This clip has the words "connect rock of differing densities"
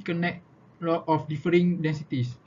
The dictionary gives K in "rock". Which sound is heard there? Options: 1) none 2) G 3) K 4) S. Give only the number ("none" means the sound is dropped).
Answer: 1